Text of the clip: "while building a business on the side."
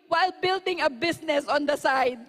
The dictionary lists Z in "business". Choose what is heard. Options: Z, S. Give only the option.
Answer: S